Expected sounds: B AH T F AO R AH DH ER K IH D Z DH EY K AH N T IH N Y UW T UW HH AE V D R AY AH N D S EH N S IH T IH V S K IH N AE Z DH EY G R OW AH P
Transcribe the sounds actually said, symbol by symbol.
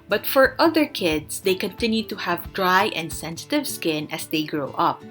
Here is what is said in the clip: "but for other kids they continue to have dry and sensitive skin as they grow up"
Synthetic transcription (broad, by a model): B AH T F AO R AH DH ER K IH D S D EY K AH N T IH N Y UW T UW HH AE V D R AY AH N D S EH N S IH T IH V S K IH N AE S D EY G R OW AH P